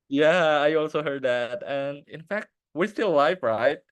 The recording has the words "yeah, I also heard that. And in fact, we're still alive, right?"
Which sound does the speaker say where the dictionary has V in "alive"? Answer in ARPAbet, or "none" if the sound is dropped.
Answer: F